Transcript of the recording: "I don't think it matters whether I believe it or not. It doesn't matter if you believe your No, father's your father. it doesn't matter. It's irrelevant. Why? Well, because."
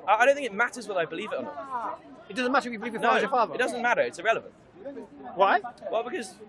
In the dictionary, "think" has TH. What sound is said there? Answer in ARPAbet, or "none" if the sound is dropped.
TH